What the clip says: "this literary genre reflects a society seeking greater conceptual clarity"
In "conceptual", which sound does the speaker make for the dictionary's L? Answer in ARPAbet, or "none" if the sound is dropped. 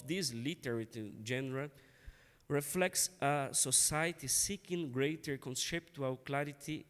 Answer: W